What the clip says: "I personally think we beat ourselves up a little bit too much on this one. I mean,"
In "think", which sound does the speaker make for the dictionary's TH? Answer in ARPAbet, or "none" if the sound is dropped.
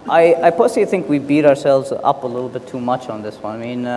TH